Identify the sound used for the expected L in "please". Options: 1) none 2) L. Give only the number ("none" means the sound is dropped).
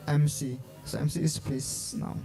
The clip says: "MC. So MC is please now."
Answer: 1